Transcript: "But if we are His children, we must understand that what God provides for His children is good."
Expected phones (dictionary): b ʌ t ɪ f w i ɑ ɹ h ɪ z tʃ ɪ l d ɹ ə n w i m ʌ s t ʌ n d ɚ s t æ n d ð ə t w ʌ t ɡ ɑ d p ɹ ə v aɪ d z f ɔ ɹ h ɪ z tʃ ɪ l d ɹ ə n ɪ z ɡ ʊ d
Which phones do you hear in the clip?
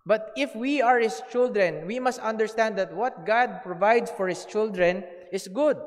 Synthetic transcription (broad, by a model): b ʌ t ɪ f w i ɑ ɹ h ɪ s tʃ ɪ l d ɹ ə n w i m ʌ s t ʌ n d ɚ s t æ n d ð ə t w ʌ t ɡ ɑ d p ɹ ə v aɪ d s f ɔ ɹ h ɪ s tʃ ɪ l d ɹ ə n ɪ s ɡ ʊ d